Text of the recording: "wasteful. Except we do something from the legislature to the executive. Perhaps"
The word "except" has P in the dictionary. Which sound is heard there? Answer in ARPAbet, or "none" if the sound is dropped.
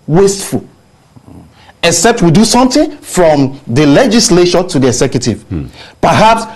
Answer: P